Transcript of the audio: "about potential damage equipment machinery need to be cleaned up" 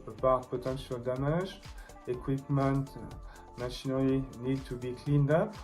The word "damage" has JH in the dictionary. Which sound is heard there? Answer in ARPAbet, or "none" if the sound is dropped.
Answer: ZH